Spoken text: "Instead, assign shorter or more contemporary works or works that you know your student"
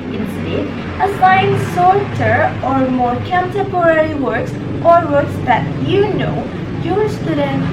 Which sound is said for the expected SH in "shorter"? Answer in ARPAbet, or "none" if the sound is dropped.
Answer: S